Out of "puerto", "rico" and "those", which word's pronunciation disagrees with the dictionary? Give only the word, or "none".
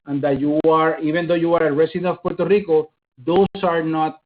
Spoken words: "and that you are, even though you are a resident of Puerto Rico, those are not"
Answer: those